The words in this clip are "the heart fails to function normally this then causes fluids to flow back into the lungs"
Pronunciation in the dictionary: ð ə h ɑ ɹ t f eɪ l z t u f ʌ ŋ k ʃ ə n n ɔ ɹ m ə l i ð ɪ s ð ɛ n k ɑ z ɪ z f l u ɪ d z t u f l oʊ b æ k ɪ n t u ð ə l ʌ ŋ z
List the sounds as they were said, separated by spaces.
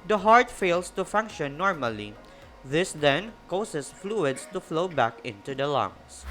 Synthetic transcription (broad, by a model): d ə h ɑ ɹ t f eɪ l s t u f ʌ ŋ k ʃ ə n n ɔ ɹ m ə l i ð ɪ s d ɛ n k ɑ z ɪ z f l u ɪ d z t u f l oʊ b æ k ɪ n t u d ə l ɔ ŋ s